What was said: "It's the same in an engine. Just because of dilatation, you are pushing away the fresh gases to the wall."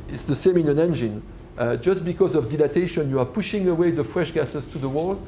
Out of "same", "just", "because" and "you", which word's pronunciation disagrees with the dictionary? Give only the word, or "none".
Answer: none